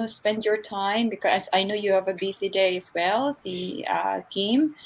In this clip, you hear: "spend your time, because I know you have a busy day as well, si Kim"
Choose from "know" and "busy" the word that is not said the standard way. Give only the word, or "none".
busy